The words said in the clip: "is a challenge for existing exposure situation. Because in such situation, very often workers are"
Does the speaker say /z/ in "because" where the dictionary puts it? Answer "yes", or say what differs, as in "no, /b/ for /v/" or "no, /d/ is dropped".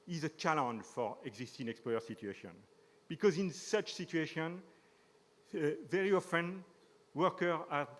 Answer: yes